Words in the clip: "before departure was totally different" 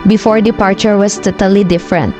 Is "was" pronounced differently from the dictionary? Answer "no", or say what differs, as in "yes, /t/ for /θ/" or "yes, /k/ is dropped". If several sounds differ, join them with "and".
yes, /s/ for /z/